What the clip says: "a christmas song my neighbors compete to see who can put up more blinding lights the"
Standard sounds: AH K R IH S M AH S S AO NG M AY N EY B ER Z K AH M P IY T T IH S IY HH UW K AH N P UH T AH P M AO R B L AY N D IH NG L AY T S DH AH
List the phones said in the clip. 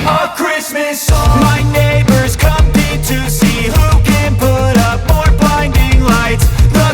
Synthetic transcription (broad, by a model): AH K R IH S M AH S S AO M AY N EY B ER Z K AH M IH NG T IH S IY HH UW K AH N P UH T AH P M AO R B AY N D IH NG L AY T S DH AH